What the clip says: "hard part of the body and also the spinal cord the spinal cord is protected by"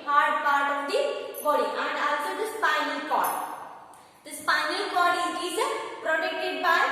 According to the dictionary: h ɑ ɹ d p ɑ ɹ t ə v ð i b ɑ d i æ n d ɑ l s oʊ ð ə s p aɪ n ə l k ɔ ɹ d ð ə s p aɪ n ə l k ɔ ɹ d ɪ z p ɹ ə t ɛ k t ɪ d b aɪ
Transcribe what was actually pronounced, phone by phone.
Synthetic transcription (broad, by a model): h ɑ ɹ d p ɑ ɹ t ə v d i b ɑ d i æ n d ɑ l s oʊ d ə s p aɪ n ə l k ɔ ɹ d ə s p aɪ n ə l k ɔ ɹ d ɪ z p ɹ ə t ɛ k t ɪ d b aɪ